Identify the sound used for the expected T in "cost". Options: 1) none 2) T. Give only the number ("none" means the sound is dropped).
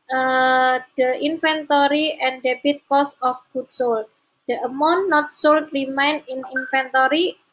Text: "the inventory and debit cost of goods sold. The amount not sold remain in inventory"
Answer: 1